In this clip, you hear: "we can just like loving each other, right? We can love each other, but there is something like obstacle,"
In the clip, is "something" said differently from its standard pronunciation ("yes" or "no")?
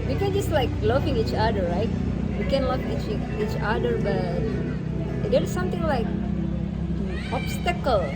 yes